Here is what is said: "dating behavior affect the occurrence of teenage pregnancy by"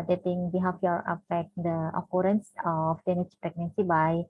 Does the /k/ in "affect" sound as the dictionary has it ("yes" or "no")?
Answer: no